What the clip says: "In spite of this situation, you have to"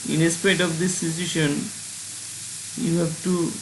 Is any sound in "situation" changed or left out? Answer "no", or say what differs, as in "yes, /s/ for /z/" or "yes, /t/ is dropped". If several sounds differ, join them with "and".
yes, /s/ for /tʃ/